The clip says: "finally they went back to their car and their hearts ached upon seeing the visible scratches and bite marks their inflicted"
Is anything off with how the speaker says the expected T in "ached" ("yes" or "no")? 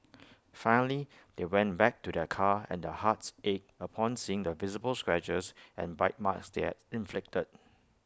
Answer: yes